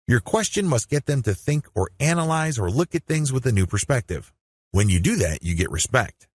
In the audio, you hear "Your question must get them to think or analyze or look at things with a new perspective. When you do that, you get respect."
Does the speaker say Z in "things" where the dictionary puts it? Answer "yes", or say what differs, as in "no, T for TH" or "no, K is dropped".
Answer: yes